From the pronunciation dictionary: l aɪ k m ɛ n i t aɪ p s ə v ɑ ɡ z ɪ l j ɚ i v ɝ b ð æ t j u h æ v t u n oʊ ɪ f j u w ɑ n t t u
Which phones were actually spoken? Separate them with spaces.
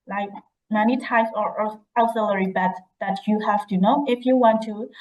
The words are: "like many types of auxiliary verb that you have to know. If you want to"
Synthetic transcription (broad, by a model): l aɪ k m ɛ n i t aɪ s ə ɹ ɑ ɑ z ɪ l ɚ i b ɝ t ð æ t j u h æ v t u n oʊ ɪ f j u w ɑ n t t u